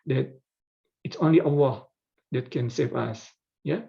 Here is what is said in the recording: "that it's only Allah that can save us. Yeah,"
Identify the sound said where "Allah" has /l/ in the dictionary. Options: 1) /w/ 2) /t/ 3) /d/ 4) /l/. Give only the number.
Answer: 1